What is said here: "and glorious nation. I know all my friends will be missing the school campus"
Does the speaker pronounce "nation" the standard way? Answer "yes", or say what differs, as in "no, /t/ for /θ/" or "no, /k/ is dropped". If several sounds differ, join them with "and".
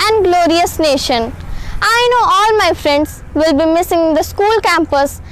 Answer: yes